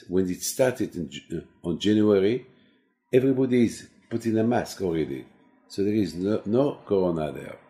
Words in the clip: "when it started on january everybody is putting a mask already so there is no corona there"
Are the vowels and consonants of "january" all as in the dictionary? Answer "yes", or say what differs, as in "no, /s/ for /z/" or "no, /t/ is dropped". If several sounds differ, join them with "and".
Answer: yes